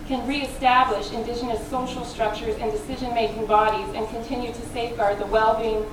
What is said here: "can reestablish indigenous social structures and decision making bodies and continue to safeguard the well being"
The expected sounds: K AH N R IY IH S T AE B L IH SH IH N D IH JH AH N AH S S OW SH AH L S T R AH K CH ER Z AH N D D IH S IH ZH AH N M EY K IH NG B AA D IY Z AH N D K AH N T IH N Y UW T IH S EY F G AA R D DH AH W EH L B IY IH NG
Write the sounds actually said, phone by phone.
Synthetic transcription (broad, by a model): K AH N R IY IH S T AE B L IH SH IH N D IH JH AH N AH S S OW SH L S T R AH K CH ER Z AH N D D IH S IH ZH AH N M EY K IH NG B AA D IY Z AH N K AH N T IH N Y UW T IH S EY F G AA R D DH AH W EH L B IY IH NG